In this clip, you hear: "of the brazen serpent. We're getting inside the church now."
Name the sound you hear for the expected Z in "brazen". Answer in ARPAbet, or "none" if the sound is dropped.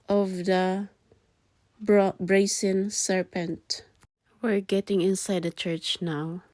S